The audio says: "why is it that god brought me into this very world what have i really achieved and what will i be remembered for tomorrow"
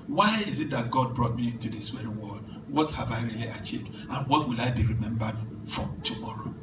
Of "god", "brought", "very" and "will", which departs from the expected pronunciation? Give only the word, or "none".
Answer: very